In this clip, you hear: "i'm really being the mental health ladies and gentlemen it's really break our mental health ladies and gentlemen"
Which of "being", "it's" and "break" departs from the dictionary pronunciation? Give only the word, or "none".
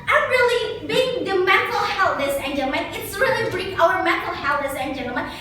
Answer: break